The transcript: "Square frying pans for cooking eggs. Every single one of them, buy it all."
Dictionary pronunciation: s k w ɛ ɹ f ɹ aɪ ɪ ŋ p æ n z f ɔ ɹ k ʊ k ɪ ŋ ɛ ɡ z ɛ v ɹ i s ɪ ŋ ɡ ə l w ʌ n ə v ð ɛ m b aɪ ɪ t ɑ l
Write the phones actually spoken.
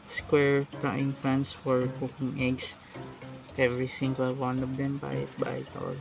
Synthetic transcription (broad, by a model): s k w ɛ ɹ p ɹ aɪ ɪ ŋ f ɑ n s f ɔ ɹ k ʊ k ɪ ŋ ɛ ɡ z ɛ v ɹ i s ɪ ŋ ɡ ə l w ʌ n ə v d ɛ m b aɪ ɪ t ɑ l